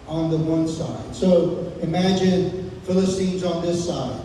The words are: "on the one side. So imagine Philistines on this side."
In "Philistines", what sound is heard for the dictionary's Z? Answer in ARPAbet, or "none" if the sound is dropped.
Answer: Z